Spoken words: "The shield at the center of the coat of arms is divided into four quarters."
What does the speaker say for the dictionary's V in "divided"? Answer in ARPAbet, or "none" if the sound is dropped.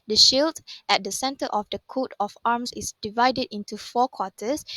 V